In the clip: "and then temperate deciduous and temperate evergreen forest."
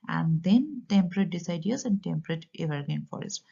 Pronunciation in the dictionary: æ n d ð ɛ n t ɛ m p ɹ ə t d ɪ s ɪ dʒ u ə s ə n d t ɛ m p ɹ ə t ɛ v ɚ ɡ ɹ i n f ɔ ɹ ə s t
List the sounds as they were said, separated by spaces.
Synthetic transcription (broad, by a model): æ n d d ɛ n t ɛ m p ɹ ə t d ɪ s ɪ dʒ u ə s ə n d t ɛ m p ɹ ə t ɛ v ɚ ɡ i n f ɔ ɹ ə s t